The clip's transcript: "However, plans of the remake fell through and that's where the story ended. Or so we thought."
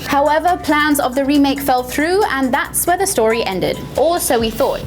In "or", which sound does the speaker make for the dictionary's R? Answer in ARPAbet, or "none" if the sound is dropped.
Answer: L